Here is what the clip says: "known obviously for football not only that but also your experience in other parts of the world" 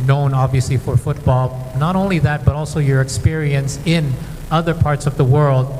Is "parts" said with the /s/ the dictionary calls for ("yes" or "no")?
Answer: yes